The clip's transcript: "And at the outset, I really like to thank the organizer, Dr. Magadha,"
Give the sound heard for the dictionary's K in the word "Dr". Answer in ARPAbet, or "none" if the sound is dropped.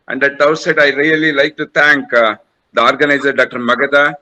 K